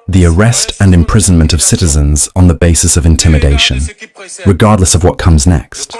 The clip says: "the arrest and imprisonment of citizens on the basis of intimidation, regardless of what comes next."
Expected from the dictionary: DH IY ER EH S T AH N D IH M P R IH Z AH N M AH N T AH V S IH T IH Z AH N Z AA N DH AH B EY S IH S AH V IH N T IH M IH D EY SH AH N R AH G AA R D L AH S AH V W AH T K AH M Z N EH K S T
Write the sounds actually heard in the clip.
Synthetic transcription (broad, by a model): DH IY ER EH S T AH N IH M P R IH Z AH N M AH N T AH V S IH T IH Z AH N Z N DH AH B EY S IH S AH V IH N T IH M IH D EY SH AH N R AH G AA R D L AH S AH V W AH T K AH M Z N EH K S T